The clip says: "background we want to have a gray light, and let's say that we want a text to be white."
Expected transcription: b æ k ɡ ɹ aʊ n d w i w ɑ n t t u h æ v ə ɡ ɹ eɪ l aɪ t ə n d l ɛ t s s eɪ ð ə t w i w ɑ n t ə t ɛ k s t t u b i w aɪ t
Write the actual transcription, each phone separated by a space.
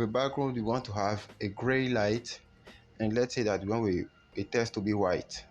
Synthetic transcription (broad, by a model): b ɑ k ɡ ɹ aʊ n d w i w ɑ n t t u h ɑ v ə ɡ ɹ eɪ l aɪ t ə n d l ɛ t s s eɪ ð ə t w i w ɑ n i ə t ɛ s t t u b i w aɪ t